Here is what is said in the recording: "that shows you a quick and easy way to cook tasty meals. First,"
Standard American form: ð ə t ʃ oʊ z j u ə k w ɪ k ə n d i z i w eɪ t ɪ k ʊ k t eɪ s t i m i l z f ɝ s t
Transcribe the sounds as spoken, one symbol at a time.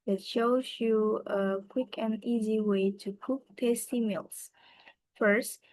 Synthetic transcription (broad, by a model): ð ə t ʃ oʊ z j u ə k w ɪ k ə n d i z i w eɪ t ɪ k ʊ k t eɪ s t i m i l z f ɝ s t